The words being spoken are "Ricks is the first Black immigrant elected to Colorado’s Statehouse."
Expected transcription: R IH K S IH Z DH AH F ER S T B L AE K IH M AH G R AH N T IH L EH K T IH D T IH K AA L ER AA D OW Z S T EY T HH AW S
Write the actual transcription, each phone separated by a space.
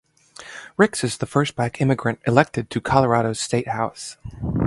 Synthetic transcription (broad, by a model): R IH K S IH Z DH AH F ER S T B AE K IH M AH G R AH N T IH L EH K T IH D T IH K AA L ER AA D OW Z S T EY T HH AW S